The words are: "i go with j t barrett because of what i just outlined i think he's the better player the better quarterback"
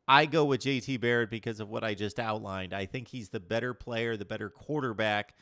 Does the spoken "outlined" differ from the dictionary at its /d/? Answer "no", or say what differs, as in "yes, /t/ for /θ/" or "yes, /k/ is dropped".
no